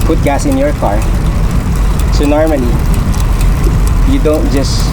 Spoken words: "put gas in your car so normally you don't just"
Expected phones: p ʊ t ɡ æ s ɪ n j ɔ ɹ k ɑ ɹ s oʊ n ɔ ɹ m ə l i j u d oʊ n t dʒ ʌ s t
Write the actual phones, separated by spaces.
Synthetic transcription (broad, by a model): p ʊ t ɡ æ s ɪ n j ɔ ɹ k ɑ ɹ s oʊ n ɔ ɹ m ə n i j u d oʊ n t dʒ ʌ s